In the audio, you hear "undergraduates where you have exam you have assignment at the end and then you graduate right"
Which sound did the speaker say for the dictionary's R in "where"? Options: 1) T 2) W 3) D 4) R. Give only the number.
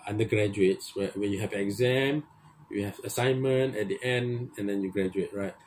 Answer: 2